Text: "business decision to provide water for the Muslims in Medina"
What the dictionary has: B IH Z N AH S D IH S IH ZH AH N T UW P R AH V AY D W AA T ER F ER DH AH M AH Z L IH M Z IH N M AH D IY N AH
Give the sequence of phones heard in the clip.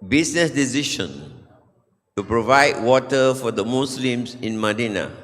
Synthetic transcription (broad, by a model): B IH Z N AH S D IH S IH SH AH N T UW P R AH V AY D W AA T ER F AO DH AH M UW S L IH M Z IH N M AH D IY N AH